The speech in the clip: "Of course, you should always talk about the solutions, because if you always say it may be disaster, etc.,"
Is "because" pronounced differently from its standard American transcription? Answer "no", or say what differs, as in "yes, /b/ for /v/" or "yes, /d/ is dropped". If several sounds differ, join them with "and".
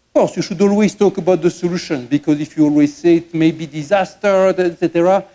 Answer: no